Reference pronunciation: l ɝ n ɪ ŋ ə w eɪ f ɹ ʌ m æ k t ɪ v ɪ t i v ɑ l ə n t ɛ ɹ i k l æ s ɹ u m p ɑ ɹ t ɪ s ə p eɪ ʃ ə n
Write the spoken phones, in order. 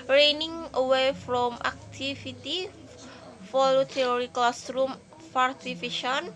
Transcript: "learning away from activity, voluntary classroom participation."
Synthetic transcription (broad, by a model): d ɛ n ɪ ŋ ə w eɪ f ɹ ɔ m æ k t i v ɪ t i f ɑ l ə t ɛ ɹ i k l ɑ s ɹ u m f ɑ ɹ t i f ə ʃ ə n